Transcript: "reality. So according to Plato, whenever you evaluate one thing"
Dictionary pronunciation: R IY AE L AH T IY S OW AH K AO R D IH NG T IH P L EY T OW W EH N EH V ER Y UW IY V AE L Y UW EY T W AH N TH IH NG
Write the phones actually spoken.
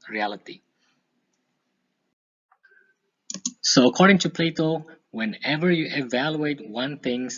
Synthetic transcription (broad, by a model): R IY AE L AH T IY S OW AH K AO R D IH NG T IH P L EY T OW W EH N EH V ER Y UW IY V AE L Y UW EY T W AH N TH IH NG